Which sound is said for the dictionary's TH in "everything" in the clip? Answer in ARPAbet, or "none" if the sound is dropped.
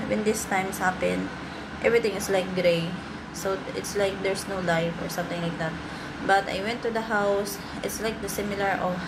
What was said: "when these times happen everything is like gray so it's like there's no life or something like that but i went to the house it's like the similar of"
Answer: T